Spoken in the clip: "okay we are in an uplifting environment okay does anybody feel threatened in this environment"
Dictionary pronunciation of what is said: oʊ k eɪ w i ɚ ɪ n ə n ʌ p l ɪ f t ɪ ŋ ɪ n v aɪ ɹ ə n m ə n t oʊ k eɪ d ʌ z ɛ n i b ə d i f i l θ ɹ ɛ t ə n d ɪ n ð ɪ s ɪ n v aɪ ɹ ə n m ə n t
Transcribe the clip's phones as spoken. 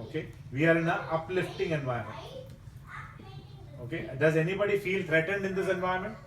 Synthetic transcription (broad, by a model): oʊ k eɪ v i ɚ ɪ n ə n ʌ p l ɪ f t ɪ ŋ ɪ n v aɪ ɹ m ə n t oʊ k eɪ d ʌ z ɛ n i b ə d i f i l t ɹ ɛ t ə n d ɪ n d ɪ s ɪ n v aɪ ɹ m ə n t